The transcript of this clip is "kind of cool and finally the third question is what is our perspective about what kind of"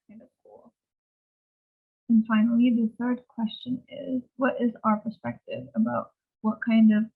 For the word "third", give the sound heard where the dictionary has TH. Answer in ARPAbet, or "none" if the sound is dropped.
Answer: TH